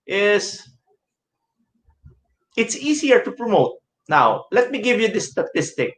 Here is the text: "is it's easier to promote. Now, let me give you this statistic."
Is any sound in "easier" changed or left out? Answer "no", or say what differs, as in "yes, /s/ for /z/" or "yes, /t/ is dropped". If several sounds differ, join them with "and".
yes, /s/ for /z/